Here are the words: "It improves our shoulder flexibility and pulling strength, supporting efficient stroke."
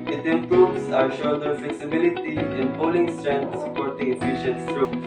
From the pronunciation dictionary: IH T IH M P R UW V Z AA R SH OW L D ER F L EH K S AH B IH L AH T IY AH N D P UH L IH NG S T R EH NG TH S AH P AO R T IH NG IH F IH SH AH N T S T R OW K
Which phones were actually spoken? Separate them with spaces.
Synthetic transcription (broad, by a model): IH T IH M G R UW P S AA R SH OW D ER F L EH K S AH B IH L AH T IY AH N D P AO L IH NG S T R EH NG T S AH P AO R T IH NG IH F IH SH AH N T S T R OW